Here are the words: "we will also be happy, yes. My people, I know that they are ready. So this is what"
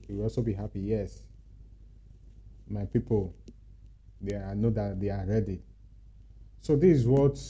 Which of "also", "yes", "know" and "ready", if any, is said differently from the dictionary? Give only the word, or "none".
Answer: none